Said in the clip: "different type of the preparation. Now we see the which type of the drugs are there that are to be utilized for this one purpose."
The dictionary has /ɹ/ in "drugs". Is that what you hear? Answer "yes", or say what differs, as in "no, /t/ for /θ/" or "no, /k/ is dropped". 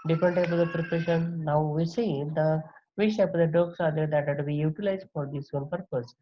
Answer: no, /ɹ/ is dropped